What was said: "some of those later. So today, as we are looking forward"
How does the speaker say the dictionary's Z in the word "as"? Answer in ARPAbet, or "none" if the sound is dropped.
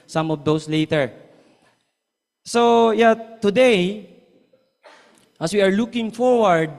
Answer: S